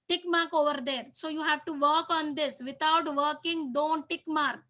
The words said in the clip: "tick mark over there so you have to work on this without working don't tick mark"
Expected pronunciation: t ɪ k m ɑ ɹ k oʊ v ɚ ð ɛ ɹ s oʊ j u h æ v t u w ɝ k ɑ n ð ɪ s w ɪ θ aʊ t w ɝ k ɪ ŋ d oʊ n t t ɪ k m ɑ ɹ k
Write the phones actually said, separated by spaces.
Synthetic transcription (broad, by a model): t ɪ k m ɑ ɹ k oʊ v ɚ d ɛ ɹ s oʊ j u h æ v t u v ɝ k ɑ n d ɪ s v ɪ t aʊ t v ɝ k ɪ ŋ d oʊ n t t ɪ k m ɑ ɹ k